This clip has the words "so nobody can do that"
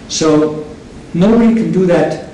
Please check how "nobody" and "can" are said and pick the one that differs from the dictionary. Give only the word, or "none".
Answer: nobody